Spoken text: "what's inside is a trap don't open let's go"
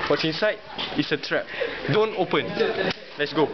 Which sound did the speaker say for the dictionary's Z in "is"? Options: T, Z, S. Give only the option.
S